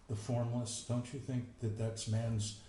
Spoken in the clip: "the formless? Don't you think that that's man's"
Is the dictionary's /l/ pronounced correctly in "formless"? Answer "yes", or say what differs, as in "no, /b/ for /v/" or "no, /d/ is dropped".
yes